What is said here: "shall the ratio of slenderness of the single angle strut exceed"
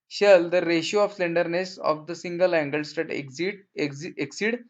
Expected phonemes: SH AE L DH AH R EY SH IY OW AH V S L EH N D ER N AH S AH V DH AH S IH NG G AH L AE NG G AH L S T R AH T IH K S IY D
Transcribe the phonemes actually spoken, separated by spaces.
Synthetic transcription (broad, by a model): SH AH L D AH R EY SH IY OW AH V S L EH N D ER N AH S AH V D AH S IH NG G AH L AE NG G AH L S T AH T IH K S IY D